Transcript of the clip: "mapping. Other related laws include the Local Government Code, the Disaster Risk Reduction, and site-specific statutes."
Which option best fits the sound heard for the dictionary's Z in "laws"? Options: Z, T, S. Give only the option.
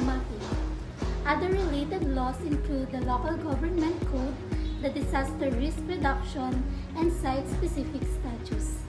S